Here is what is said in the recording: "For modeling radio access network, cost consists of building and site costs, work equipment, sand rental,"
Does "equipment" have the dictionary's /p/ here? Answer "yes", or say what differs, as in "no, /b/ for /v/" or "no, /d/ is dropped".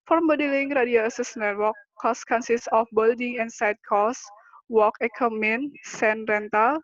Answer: no, /p/ is dropped